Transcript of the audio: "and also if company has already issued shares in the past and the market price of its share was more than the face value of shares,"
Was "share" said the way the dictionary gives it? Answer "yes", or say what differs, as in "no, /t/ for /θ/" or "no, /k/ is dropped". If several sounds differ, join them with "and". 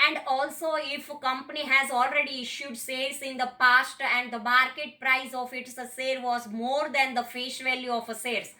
no, /s/ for /ʃ/